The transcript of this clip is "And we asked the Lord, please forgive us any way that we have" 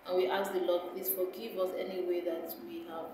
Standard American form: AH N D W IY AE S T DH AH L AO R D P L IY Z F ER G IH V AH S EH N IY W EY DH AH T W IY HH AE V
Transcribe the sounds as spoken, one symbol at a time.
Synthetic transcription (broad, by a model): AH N W IY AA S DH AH L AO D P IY S F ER G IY V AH S EH N IY W EY DH AH T W IY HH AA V